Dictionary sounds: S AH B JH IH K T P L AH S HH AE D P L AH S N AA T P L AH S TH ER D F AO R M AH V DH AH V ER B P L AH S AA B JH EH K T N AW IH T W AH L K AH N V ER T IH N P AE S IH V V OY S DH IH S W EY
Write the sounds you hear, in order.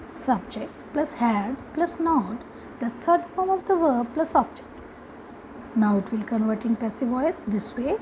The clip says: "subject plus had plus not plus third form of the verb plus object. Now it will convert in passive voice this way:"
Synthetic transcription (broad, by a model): S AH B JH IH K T P L AH S HH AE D P L AH S N AA T P L AH S T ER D F AO R M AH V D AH V ER B P L AH S AA B JH EH K T N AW IH T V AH L K AH N V ER T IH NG P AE S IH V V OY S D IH S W EY